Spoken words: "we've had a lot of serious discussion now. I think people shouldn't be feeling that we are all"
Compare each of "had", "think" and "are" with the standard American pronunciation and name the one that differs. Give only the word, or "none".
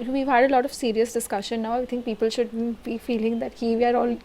think